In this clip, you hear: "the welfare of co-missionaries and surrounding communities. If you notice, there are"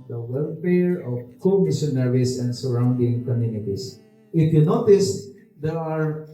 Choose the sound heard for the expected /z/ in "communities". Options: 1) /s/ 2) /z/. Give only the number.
1